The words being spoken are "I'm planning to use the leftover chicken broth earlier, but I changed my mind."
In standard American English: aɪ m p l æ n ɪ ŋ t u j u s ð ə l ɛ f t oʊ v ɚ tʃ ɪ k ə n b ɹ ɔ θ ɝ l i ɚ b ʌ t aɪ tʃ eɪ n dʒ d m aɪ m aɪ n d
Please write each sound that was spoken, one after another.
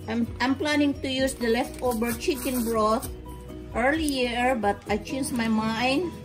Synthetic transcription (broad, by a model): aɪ m p l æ n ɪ ŋ t u j u s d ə l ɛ f t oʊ b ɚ tʃ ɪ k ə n b ɹ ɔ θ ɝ l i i b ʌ t aɪ tʃ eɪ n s m aɪ m aɪ n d